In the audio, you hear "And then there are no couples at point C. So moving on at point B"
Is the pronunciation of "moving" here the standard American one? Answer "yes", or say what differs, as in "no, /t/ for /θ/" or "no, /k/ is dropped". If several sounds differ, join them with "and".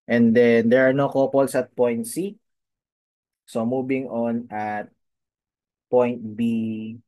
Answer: no, /b/ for /v/